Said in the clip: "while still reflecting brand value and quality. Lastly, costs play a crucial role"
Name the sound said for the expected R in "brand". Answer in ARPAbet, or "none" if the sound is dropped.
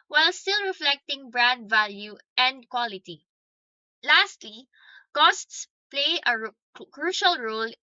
R